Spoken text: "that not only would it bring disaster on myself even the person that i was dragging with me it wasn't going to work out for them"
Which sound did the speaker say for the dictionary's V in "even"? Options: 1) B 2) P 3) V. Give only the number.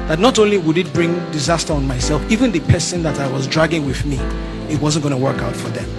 3